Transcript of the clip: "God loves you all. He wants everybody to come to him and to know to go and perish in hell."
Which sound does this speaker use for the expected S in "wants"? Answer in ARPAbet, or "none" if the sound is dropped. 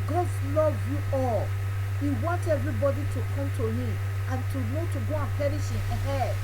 none